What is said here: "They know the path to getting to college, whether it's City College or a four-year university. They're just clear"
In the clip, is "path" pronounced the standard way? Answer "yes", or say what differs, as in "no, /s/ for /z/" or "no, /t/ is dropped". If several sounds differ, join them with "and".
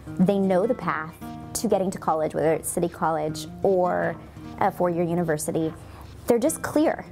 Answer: yes